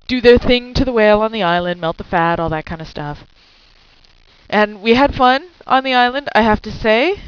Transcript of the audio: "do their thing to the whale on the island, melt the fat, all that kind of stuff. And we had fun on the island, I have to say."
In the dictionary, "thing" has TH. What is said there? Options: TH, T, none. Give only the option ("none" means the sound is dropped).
TH